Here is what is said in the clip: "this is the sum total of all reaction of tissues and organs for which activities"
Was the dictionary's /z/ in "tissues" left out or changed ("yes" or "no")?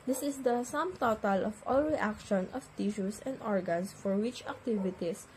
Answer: yes